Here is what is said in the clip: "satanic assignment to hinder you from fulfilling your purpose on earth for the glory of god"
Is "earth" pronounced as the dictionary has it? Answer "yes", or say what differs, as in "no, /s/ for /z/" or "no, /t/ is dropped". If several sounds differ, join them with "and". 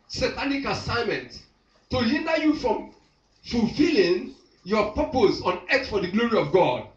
no, /s/ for /θ/